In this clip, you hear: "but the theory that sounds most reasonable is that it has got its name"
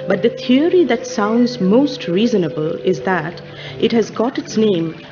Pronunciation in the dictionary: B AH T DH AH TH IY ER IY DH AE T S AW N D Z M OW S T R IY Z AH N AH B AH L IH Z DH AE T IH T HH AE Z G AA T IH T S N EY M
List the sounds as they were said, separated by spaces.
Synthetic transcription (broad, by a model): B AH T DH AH T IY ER IY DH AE T S AW N D Z M OW S T R IY Z AH N AH B AH L IH Z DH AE T IH T HH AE Z G AA T IH T S N EY M